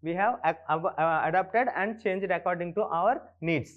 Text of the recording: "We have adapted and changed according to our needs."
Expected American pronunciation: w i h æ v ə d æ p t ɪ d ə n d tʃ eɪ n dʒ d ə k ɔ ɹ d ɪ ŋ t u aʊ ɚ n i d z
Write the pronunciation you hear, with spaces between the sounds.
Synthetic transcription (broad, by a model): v i h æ v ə d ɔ p t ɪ d ə n d tʃ eɪ n dʒ d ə k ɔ ɹ d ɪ ŋ t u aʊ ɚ n i d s